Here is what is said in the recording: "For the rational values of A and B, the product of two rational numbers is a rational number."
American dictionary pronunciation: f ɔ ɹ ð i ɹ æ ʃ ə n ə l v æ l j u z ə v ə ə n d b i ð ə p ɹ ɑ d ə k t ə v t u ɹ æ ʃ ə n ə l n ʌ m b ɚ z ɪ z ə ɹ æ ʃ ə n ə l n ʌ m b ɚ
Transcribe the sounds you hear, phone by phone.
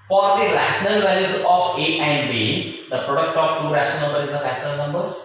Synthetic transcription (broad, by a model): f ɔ ɹ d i ɹ æ ʃ ə n ə l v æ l j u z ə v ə ə n d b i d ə p ɹ ɑ d ə k t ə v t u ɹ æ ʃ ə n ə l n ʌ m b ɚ ɪ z ə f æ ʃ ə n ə l n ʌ m b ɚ